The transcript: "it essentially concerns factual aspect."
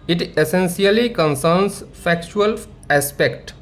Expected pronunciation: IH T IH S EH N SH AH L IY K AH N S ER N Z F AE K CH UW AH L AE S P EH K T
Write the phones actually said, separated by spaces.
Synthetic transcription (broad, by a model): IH T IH S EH N S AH L IY K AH N S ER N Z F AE K CH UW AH L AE S P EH K T